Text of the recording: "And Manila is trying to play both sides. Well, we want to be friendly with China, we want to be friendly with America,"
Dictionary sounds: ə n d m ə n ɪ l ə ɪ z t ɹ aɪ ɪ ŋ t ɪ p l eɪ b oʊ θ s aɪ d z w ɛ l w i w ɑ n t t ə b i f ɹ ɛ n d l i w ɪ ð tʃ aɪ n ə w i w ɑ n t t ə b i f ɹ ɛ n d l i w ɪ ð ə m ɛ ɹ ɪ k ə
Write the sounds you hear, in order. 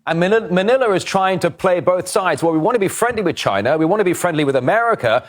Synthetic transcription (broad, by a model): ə n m m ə n ɪ l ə ɪ z t ɹ aɪ ɪ ŋ t ɪ p l eɪ b oʊ θ s aɪ d z w ɛ l w i w ɑ n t t ə b i f ɹ ɛ n d l i w ɪ ð tʃ aɪ n ə w i w ɑ n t t ə b i f ɹ ɛ n d l i w ɪ ð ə m ɛ ɹ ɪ k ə